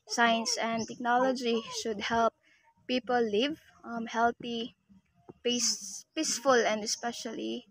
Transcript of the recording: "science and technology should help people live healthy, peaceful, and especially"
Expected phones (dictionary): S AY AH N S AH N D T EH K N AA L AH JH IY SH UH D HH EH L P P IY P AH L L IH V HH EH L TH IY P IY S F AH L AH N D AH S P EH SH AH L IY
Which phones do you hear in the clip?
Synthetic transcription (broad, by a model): S AY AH N S AH N D T EH K N AA L AH JH IY SH UH D HH EH L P P IY P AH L L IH V HH EH L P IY P IY S F AH L AH N D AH S P EH SH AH L IY